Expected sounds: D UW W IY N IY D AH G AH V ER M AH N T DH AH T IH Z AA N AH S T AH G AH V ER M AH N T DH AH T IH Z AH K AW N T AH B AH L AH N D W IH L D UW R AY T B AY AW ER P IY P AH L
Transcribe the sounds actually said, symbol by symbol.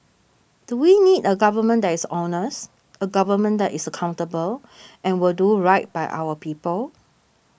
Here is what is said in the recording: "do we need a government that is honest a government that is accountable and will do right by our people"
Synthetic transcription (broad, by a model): D UW W IY N IY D AH G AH V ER M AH N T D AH T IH S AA N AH S AH G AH V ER M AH N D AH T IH S AH K AW N T AH B AH L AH N W IH L D UW R AY T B AY AW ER P IY P AH L